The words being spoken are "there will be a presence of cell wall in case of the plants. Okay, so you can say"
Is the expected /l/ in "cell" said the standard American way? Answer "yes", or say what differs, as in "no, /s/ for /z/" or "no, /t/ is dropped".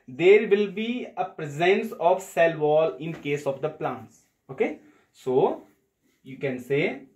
yes